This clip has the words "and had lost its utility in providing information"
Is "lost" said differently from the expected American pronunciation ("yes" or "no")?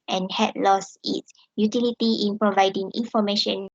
yes